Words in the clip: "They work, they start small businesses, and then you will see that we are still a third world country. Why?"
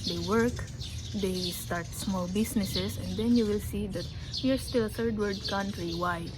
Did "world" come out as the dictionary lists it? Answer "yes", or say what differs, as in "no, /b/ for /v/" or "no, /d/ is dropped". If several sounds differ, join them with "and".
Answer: no, /l/ is dropped